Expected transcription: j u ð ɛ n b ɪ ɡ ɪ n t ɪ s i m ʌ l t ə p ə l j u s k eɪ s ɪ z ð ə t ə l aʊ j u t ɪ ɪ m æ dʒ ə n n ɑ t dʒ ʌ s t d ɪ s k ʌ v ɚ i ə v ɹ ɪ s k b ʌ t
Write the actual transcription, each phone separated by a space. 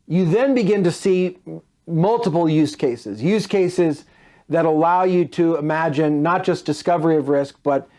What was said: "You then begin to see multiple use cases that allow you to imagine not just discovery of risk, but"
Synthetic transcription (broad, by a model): j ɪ ð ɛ n b ɪ ɡ ɪ n t ɪ s i m ʌ l t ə p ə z j u s k eɪ s ɪ z ð ə t ə l aʊ j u t ɪ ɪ m æ dʒ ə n n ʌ t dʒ ʌ s d ɪ s k ʌ v ɚ i ə v ɹ ɪ s k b ʌ t